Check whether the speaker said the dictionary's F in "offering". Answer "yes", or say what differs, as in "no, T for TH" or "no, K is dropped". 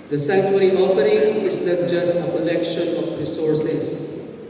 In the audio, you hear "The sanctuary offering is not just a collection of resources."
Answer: no, P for F